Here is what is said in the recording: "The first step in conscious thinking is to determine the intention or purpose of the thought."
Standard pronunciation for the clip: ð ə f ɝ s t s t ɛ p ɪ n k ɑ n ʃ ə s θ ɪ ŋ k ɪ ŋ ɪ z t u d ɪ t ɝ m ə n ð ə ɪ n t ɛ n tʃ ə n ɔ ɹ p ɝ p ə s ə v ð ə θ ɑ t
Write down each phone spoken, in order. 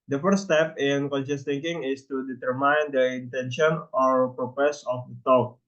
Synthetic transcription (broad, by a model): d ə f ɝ t s t ɛ p ɪ n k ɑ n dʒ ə s t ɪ ŋ k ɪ ŋ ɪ s t u d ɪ t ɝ m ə n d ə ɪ n t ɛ n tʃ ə n ɔ ɹ p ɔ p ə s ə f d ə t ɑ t